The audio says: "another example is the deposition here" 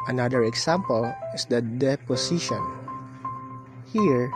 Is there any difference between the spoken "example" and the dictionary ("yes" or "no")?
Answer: yes